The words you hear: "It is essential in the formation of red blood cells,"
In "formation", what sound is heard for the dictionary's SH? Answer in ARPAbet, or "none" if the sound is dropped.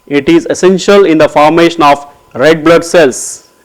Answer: SH